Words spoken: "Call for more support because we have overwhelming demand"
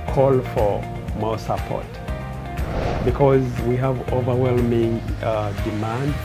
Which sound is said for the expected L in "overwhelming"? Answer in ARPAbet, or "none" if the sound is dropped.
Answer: L